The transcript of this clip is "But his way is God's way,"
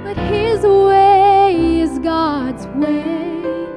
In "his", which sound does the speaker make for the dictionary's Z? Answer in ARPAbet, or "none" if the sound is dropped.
Z